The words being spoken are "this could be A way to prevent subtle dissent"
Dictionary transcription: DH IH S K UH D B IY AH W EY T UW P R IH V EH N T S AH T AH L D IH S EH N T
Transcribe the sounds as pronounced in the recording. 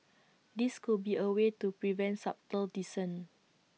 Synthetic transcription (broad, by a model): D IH S K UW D B IY AH W EY T UW P R IH V EH N T S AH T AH L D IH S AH N